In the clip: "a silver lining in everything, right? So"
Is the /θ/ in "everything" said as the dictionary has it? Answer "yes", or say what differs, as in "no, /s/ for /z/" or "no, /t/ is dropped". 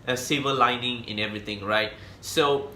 no, /t/ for /θ/